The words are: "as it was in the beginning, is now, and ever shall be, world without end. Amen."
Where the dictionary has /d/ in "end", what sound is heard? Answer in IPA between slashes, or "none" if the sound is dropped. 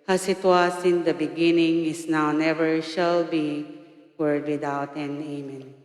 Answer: none